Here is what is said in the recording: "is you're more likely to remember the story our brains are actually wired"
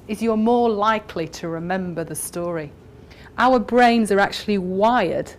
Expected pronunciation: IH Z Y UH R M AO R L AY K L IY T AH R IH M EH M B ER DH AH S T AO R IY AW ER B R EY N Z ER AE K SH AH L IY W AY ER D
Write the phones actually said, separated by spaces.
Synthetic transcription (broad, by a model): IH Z Y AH M AO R L AY K L IY T AH R IH M EH M B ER DH AH S T AO R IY AW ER B R EY N Z ER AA K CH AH L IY W AY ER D